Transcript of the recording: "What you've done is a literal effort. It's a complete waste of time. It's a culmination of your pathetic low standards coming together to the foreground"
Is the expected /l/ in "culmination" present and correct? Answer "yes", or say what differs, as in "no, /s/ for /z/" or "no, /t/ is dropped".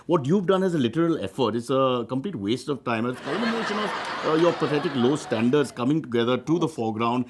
no, /l/ is dropped